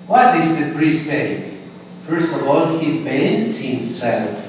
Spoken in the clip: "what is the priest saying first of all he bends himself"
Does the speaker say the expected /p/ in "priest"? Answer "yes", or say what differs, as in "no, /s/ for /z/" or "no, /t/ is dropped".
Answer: no, /b/ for /p/